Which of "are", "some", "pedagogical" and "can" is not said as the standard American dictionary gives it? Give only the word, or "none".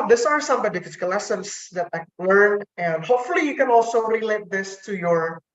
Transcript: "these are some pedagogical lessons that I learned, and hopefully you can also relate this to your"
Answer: pedagogical